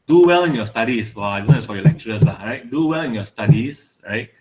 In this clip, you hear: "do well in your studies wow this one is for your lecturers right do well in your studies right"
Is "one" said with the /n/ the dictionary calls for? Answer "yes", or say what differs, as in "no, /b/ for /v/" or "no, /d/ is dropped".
no, /n/ is dropped